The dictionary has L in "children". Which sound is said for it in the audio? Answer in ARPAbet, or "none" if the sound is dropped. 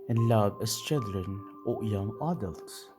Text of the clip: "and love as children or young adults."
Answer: none